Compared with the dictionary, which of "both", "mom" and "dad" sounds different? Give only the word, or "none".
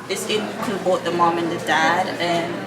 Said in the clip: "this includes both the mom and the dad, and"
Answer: both